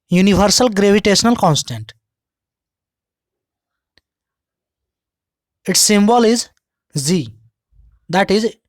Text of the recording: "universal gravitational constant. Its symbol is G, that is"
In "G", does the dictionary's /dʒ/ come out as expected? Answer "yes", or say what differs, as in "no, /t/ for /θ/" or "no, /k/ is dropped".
no, /z/ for /dʒ/